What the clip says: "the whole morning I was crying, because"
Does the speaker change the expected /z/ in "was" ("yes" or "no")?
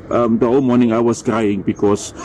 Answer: yes